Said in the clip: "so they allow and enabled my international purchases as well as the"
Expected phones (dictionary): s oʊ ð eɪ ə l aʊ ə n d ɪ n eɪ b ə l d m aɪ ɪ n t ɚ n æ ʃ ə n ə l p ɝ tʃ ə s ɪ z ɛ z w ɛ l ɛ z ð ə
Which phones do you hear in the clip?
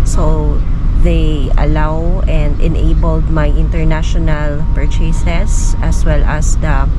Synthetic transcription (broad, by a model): s oʊ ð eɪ ə l aʊ ə n d ɪ n eɪ b ə l d m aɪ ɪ n t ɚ n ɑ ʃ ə n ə l p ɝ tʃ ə s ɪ s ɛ s w ɛ l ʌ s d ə